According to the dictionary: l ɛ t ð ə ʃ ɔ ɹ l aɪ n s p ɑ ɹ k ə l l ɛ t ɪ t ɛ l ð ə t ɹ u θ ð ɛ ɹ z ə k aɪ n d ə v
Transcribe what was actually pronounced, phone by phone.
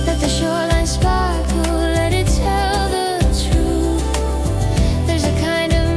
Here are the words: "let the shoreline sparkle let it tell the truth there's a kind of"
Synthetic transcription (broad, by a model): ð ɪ t ð ə ʃ ɔ ɹ l aɪ n s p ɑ ɹ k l l ɛ t ɪ t ɛ l ð ə t ɹ u θ ð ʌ ɹ z ə k aɪ n d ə v